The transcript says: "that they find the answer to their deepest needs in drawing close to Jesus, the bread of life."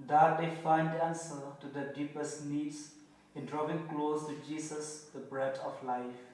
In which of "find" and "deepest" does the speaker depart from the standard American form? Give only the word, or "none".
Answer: none